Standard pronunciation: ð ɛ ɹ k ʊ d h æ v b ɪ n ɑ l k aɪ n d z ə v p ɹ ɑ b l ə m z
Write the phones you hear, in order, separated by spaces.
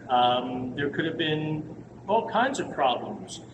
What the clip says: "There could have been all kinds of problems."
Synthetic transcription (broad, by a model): ð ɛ ɹ k ʊ d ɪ v b ɪ n ɑ l k aɪ n d z ə v p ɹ ɑ b l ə m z